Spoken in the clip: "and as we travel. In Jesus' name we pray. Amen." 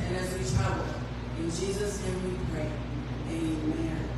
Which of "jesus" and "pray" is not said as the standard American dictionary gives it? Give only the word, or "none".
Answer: none